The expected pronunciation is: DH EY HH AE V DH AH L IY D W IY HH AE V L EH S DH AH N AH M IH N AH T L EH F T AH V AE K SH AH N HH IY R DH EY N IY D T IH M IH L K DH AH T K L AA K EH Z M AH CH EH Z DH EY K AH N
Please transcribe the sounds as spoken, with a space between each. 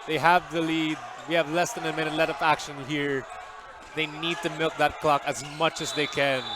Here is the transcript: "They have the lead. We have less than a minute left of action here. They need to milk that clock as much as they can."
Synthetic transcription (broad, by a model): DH EY HH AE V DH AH L IY D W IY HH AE V L EH S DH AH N AH M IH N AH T L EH T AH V AE K SH AH N HH IY R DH EY N IY D T IH M IH L K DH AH T K L AA K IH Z M AH CH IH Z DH EY K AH N